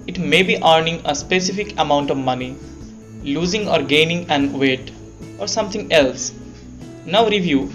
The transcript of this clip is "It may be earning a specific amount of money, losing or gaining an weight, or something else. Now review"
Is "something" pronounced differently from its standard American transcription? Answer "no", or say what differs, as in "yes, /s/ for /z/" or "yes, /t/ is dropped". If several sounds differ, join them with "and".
yes, /t/ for /θ/